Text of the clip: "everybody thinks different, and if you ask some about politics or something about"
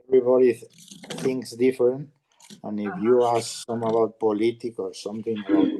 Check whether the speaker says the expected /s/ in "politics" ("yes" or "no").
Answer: no